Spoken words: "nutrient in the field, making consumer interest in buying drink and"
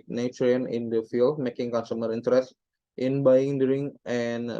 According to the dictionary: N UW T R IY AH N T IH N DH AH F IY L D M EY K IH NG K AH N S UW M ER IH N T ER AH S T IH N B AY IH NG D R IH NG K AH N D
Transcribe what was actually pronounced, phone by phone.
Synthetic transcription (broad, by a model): N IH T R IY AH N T IH N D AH F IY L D M EY K IH NG K AH N S UW M ER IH N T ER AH S T IH N B AY IH NG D R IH NG AH N